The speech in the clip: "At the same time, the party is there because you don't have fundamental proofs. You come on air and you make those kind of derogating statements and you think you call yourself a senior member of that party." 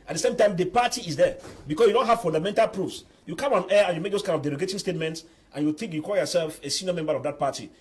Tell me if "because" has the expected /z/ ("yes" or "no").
no